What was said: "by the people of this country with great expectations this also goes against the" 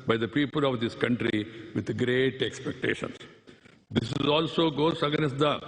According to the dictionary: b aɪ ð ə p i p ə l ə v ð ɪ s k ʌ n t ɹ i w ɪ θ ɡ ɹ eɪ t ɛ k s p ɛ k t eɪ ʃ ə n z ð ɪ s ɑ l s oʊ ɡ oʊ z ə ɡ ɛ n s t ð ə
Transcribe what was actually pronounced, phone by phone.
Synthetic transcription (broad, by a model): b aɪ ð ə p i p ə l ə v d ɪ s k ʌ n t ɹ i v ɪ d ɡ ɹ eɪ t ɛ k s p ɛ k t eɪ ʃ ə n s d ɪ s ɑ l s oʊ ɡ oʊ s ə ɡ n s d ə